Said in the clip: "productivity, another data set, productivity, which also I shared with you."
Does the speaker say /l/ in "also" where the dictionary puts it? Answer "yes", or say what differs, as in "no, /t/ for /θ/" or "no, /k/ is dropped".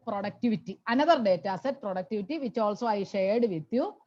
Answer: yes